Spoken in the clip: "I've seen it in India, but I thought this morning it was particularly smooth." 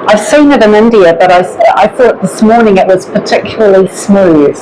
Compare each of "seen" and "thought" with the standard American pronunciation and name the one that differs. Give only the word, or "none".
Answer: none